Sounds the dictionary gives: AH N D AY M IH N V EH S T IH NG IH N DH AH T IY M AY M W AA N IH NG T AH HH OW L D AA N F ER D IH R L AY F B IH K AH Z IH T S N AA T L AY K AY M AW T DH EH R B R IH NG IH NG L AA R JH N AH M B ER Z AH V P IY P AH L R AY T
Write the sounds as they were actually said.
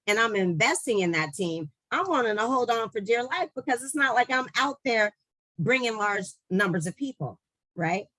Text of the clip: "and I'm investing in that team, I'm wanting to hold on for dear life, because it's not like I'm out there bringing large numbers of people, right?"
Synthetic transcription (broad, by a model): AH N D AY M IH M V EH S T IH NG IH N DH AH T IY M AY M W AA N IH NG T AH HH OW L D N F ER D IH R L AY F B IH K AH Z IH T S N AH T L AY K AY M AW T DH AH R B R IH NG IH NG L AA R JH N AH M B ER Z AH V P IY P L R AY T